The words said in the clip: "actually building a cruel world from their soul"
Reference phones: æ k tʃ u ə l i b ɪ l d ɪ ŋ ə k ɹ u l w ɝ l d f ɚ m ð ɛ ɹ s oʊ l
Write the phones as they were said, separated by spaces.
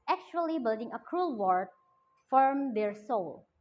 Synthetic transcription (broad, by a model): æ k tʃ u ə l i b ɪ l d ɪ ŋ ə k ɹ u l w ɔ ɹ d f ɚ m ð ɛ ɹ s oʊ l